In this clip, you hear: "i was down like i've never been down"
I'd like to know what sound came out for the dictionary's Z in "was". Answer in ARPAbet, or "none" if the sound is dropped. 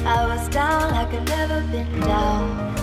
Z